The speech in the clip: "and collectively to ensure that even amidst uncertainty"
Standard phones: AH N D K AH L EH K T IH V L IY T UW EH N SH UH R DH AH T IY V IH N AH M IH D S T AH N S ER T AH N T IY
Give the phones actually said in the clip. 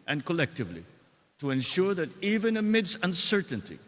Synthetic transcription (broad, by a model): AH N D K AH L EH K T IH V L IY T UW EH N SH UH R DH AH T IY V IH N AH M IH D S AH N S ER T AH N T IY